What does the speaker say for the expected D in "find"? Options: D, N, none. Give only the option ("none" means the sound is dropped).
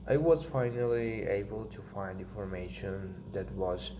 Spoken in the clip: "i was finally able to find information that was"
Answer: D